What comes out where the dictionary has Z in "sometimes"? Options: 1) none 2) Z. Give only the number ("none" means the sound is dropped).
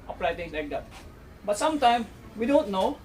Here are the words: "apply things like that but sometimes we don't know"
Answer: 1